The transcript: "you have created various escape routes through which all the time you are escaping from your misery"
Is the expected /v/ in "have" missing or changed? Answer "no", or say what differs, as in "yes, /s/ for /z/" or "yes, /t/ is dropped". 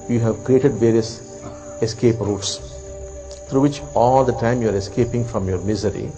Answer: no